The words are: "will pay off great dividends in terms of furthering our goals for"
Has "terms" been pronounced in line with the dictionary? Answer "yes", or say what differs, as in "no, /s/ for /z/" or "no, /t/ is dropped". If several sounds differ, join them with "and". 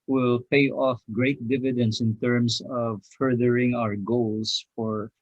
no, /s/ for /z/